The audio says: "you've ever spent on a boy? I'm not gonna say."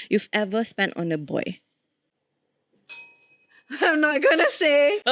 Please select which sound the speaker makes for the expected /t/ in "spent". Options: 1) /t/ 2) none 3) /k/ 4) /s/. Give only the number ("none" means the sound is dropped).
1